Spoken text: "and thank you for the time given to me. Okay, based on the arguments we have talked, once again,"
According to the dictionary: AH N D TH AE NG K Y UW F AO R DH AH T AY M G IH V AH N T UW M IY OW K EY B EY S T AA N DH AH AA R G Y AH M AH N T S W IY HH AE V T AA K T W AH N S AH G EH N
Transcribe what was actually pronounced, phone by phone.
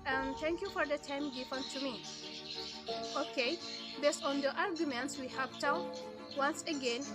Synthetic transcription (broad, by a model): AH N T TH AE NG K Y UW F AO R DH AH T AY M G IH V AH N T UW M IY OW K EY B EY S T AA N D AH AA R G Y AH M AH N T S W IY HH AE P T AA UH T W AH N S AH G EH N